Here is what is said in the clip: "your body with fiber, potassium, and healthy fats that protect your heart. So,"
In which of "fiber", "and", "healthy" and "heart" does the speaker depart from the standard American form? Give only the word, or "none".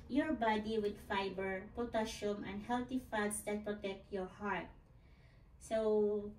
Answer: healthy